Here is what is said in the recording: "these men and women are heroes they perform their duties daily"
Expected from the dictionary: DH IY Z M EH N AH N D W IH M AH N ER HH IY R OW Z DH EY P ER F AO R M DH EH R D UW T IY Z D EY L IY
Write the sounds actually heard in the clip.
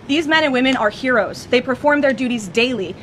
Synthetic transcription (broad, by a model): DH IY Z M EH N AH N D W IH M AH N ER HH IY R OW Z DH EY P ER F AO R M DH EH R D UW T IY Z D EY L IY